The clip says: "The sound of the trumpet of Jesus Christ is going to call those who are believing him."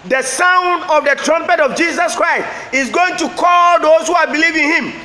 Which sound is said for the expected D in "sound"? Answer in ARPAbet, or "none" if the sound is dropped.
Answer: D